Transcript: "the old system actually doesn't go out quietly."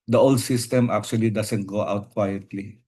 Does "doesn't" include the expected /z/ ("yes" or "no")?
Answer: no